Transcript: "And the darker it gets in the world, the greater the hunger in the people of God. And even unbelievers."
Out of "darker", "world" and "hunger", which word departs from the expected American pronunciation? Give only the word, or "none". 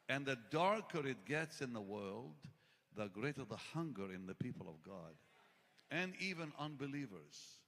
none